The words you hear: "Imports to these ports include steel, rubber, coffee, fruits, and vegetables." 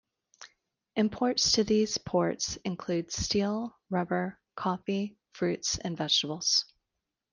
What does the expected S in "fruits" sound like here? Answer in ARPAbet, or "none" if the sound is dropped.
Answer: S